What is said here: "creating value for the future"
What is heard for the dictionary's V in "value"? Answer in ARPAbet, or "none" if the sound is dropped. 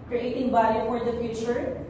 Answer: B